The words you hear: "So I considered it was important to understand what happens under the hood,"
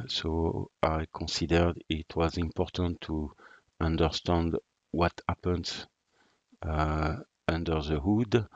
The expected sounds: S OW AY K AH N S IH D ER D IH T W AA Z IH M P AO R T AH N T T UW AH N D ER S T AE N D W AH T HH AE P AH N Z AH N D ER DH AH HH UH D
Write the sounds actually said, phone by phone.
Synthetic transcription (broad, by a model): S OW AY K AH N S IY D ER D IH T W AA Z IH M P AO R T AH N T T UW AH N D ER S T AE N D W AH T HH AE P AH N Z AH N D ER DH AH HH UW D